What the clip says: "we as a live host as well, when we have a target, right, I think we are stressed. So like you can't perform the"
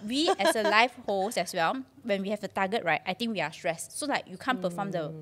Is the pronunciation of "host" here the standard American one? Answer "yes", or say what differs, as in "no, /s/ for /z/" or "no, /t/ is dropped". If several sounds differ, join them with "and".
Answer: no, /t/ is dropped